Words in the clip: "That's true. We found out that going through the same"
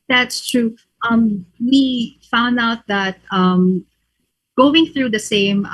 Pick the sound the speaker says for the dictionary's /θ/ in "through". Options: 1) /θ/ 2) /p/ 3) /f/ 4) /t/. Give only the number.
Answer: 1